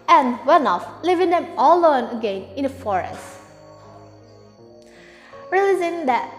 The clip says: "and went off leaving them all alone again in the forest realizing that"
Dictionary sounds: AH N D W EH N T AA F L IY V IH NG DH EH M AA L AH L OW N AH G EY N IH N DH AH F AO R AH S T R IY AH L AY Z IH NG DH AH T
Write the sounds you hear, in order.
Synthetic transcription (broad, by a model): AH N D W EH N AA F L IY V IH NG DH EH M AA L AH OW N AH G EY N IH N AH F AO R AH S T R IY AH L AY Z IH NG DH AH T